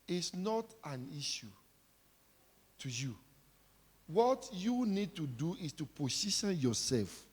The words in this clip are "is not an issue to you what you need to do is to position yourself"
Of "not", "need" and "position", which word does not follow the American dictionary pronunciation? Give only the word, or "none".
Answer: position